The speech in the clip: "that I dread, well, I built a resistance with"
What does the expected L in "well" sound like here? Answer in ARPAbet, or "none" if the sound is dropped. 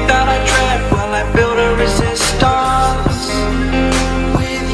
N